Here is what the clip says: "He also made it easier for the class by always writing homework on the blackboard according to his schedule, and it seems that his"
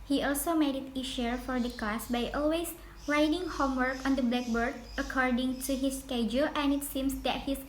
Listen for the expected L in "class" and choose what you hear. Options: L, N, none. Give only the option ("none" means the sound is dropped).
none